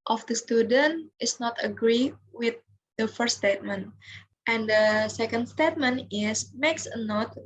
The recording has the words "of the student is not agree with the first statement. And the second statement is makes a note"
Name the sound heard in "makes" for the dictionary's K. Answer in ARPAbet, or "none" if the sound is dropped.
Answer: K